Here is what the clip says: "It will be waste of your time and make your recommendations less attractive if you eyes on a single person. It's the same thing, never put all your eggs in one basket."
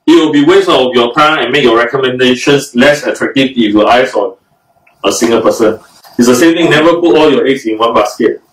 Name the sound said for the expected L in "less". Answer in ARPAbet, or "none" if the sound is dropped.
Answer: L